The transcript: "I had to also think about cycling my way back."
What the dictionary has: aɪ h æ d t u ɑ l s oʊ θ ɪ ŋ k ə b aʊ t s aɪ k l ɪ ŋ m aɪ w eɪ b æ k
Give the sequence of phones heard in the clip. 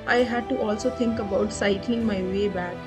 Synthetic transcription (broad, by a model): aɪ h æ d t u ɑ l s oʊ t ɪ ŋ k ə b aʊ t s aɪ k l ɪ ŋ m aɪ w eɪ b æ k